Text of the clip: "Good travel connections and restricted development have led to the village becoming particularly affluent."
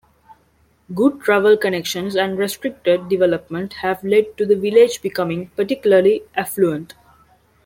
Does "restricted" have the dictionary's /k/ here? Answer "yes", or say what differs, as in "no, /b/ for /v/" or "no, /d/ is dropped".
yes